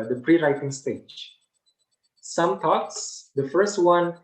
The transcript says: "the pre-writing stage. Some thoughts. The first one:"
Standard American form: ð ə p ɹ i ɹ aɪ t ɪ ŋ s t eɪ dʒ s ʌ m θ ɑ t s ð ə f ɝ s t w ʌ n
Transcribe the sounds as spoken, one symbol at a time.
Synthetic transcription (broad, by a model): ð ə p ɹ i ɹ aɪ t ɪ ŋ s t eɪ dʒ s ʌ m t ɑ t s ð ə f ɝ s t w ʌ n